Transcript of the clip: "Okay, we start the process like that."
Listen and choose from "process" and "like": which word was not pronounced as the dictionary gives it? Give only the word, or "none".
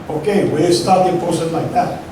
process